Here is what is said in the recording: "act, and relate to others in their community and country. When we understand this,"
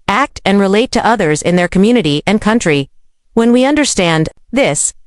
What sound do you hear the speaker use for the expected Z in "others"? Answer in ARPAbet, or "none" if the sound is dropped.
Z